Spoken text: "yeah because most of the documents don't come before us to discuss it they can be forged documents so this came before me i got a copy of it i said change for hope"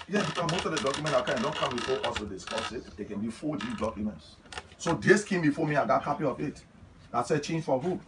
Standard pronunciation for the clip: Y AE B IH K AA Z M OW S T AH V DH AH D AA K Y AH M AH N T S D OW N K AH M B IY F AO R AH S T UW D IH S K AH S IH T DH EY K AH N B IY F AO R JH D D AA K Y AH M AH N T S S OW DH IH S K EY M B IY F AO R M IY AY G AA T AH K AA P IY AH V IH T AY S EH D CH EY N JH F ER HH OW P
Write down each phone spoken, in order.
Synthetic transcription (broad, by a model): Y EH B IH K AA M OW S T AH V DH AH D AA K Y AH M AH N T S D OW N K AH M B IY F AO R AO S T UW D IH S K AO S IH T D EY K AH N B IY F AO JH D D AA K Y AH M AH N T S S OW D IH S K EY M B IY F AO M IY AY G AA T K AA P IY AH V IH T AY S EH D CH EY N JH F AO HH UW